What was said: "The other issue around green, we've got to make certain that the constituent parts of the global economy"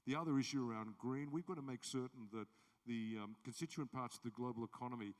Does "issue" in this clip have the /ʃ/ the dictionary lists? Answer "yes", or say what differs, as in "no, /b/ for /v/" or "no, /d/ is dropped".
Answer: yes